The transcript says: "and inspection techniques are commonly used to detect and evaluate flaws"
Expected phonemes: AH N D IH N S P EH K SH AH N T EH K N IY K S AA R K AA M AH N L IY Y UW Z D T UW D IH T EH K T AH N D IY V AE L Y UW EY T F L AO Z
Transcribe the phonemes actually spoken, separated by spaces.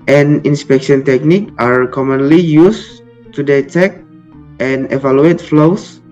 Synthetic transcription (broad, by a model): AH N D IH N S P EH K SH AH N T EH K N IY K AA R K AA M AH N L IY Y UW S T UW D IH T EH K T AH N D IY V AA L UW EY T F L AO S